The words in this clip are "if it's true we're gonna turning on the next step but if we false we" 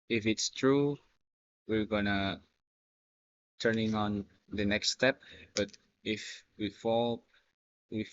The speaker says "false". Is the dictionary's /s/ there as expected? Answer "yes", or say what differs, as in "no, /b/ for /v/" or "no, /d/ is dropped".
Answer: no, /s/ is dropped